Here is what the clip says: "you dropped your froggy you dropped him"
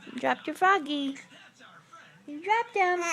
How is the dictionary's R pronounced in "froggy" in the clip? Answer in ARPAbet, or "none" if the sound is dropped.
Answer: none